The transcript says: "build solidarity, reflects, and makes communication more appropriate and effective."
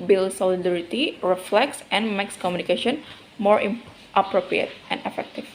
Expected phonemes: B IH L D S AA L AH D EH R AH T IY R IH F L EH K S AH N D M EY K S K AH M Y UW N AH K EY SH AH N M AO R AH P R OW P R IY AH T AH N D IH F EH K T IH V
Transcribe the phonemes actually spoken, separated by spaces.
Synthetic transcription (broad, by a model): B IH L S AA L AH D EH R AH T IY R IH F L EH K S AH N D M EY K S K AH M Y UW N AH K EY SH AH N M AO R AH P R OW P R IY AH T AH N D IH F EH K T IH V